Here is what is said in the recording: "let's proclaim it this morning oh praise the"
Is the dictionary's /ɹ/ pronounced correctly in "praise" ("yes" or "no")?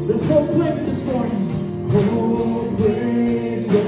no